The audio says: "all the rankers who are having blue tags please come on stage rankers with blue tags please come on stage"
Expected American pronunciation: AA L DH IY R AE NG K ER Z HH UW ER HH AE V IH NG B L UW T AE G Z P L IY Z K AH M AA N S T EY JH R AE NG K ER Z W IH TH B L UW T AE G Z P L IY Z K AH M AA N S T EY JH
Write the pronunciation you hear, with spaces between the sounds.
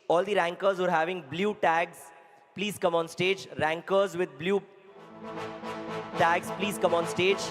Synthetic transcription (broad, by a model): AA L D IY R AE NG K ER Z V ER HH AE V IH NG B L UW T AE G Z P L IY Z K AH M AA N S T EY JH R AE NG K ER Z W IH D B L UW T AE G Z P L IY Z K AH M AA N S T EY JH